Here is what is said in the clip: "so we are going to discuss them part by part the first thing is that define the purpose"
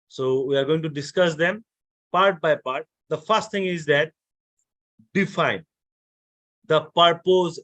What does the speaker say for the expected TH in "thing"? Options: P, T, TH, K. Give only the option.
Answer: T